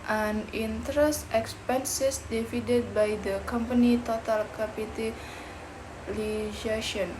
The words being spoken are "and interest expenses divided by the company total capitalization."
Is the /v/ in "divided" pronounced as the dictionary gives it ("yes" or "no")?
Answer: no